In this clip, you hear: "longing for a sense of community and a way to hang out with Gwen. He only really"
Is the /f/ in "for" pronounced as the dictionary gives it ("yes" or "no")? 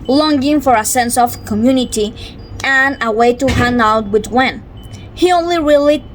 yes